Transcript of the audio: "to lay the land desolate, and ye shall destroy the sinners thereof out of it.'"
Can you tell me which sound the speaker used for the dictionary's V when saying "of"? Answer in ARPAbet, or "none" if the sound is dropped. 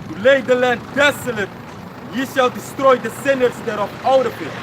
P